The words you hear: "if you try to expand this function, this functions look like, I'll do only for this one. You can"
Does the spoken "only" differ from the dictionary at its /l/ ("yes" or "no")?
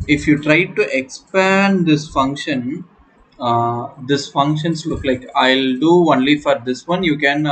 no